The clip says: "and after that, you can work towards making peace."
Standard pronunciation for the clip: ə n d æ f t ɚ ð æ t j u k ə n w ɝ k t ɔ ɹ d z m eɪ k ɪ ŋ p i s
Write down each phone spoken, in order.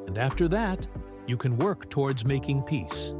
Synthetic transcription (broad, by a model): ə n d æ f t ɚ ð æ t j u k ə n w ɝ k t ɔ ɹ d z m eɪ k ɪ ŋ p i s